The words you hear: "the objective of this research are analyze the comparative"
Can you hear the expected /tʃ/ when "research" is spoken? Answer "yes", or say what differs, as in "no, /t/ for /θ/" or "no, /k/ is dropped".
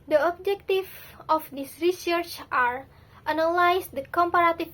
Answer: yes